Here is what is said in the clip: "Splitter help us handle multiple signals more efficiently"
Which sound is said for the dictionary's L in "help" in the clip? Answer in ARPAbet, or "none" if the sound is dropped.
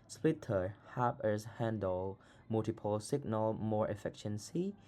none